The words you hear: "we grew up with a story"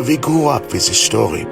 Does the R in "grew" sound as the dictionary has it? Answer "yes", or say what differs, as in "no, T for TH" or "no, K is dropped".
no, R is dropped